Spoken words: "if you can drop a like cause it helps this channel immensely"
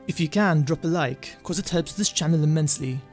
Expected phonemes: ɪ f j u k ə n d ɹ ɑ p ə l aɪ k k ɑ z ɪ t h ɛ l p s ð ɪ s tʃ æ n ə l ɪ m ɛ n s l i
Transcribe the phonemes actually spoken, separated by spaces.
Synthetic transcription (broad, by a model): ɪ f j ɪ k ə n d ɹ ɑ p ə l aɪ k k ɑ z ɪ t h ɛ l p s ð ɪ s tʃ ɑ n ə l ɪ m ɛ n s l i